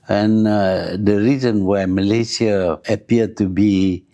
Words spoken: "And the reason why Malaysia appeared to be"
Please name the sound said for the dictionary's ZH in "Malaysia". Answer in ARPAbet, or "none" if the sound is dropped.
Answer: S